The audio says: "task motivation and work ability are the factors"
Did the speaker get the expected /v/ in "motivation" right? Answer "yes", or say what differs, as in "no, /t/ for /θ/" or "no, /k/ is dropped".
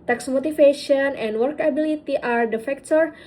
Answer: no, /f/ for /v/